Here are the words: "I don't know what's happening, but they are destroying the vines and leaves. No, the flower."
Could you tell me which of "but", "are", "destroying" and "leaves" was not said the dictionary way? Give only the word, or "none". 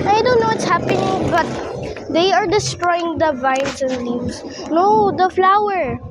leaves